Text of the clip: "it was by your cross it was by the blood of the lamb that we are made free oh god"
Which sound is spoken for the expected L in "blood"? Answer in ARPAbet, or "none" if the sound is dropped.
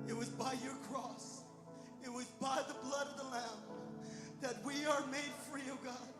L